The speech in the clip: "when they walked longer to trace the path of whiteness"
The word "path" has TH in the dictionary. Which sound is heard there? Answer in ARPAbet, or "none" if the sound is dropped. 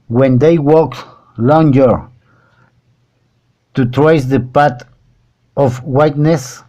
T